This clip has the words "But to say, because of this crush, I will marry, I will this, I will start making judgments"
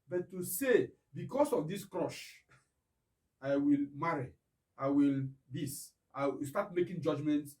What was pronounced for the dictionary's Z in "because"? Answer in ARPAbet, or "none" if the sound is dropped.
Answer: S